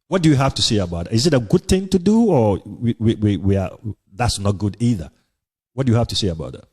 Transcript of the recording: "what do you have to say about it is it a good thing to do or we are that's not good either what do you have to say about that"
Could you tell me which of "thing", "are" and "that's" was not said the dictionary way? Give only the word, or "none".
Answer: are